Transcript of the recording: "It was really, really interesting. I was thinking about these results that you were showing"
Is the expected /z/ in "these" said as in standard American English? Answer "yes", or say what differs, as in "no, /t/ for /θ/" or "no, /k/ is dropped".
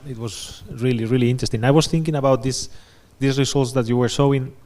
no, /s/ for /z/